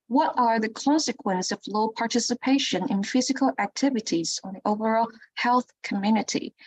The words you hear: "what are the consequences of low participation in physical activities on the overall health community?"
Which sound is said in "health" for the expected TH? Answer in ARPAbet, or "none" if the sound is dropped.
TH